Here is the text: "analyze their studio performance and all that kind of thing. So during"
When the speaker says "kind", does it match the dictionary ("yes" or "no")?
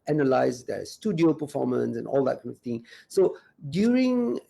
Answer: no